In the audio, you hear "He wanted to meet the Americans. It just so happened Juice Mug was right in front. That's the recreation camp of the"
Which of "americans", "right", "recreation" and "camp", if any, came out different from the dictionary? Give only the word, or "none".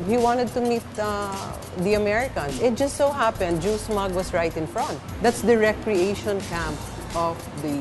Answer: americans